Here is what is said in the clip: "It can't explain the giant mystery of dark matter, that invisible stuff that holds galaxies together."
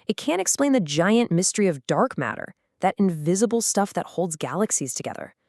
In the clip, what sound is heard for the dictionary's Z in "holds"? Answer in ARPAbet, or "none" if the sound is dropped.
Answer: Z